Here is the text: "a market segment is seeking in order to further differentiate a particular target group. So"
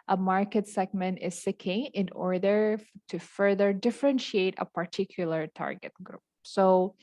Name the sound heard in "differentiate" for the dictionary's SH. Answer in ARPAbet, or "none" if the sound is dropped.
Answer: SH